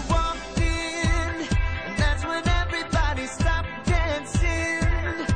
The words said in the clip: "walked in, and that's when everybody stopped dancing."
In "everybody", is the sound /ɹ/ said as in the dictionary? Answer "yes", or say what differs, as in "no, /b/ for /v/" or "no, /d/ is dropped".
yes